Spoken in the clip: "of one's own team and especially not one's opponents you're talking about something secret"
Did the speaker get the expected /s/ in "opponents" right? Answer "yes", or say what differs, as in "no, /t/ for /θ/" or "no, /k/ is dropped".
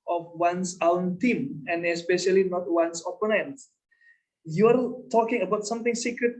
no, /s/ is dropped